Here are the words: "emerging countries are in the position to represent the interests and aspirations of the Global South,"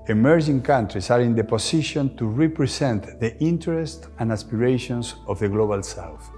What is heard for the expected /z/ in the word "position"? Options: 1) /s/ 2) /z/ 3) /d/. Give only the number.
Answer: 1